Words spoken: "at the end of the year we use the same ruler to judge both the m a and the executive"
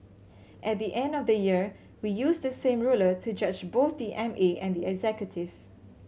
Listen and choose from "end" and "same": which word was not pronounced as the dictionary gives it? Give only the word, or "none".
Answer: none